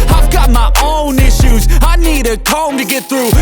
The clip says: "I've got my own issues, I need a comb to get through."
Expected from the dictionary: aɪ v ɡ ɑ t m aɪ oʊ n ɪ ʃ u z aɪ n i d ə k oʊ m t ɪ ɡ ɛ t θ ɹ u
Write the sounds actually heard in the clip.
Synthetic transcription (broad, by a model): aɪ v ɡ ɑ t m aɪ oʊ n ɪ ʃ u z aɪ n i d ə k oʊ m t ɪ ɡ ɛ t θ ɹ u